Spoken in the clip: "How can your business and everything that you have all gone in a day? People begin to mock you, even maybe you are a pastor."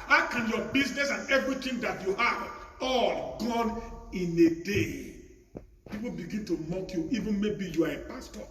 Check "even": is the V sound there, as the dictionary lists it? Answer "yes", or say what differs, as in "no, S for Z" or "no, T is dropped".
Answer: yes